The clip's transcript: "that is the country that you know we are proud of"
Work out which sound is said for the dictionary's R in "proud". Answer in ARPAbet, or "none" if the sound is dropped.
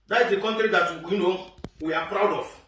R